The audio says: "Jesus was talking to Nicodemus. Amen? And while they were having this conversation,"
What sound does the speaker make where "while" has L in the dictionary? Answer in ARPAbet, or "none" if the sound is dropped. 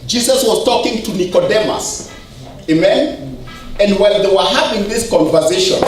N